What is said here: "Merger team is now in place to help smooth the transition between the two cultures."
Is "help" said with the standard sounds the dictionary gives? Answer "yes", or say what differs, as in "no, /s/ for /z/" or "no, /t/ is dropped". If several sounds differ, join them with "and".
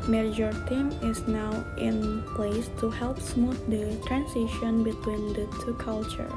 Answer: yes